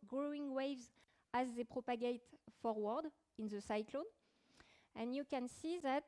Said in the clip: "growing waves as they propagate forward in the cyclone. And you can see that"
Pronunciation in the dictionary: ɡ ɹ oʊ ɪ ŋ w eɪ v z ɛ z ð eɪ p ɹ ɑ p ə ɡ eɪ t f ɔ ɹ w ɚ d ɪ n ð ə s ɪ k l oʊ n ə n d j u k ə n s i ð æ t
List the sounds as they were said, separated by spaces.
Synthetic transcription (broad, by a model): ɡ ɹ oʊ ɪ ŋ w eɪ v z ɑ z ð eɪ p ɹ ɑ p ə ɡ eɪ t f ɔ ɹ w ɚ d ɪ n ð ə s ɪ k l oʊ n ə n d j u k ə n s i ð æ t